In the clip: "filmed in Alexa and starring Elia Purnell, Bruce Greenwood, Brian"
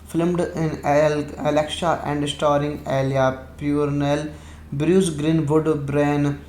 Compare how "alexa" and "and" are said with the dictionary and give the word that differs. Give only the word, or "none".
alexa